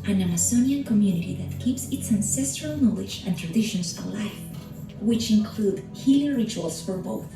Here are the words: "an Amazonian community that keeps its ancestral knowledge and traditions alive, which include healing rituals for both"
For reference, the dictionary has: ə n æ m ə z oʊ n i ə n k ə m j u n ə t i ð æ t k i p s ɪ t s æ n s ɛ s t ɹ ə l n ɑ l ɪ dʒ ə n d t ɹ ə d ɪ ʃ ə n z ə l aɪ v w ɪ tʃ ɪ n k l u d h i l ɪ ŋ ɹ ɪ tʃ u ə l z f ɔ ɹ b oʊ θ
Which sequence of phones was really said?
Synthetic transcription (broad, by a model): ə n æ m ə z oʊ n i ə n k ə m j u n ə t i ð æ t k i p s ɪ t s æ n s ɛ s t ɹ ə l n ɑ l ɪ dʒ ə n t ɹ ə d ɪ ʃ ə n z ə l aɪ f w ɪ tʃ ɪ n k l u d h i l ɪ ɹ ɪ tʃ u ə l s f ɔ ɹ b oʊ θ